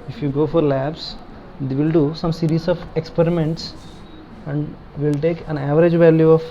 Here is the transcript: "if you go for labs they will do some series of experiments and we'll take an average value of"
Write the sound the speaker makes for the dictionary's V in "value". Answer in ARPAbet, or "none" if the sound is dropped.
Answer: V